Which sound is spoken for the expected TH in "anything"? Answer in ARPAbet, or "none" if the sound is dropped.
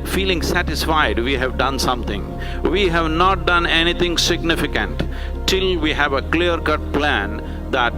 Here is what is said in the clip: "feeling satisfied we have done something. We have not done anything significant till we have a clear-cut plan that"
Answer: T